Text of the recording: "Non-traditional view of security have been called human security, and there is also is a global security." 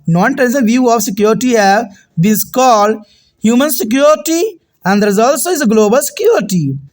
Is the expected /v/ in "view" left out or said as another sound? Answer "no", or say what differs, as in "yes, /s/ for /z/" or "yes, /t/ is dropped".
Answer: no